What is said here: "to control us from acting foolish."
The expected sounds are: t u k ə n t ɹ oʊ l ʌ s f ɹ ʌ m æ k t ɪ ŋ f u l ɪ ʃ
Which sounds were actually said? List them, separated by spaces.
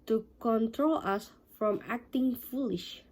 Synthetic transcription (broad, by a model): t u k ə n t ɹ oʊ l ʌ s f ɹ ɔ m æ k t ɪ ŋ f u l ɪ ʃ